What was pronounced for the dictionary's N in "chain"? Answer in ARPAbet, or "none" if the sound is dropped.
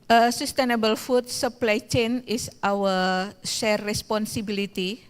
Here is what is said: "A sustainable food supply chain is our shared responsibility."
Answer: N